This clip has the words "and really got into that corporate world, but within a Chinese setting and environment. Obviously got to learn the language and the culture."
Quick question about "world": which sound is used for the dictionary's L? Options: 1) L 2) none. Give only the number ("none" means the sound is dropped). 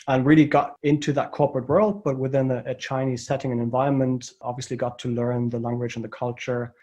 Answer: 1